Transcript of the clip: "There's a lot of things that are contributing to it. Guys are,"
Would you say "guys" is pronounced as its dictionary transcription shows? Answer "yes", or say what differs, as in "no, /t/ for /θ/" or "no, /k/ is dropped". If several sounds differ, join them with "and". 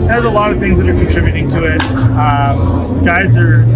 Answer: yes